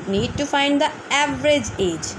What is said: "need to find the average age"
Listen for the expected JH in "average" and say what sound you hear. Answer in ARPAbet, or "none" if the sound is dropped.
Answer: JH